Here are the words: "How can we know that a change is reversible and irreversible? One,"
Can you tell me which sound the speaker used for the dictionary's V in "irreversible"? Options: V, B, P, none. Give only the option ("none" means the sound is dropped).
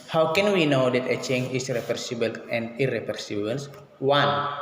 P